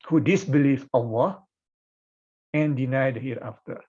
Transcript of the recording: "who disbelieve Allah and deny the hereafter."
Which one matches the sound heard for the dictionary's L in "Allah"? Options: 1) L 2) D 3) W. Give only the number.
3